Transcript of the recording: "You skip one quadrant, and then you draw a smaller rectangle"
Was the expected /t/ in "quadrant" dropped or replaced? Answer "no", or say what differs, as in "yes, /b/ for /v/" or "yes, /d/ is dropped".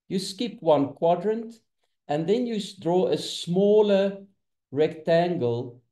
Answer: no